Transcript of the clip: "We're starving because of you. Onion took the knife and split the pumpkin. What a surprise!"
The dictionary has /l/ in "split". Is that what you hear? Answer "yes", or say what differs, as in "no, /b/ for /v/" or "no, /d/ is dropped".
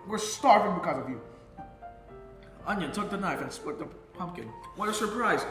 no, /l/ is dropped